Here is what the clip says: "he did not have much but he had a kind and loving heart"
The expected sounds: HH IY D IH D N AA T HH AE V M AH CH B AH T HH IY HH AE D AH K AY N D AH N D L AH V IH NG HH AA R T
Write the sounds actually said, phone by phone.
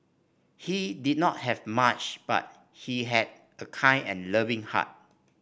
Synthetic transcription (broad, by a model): HH IY D IH D N AA T HH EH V M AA CH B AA T HH IY HH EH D AH K AY N AH N L AH V IH NG HH AA T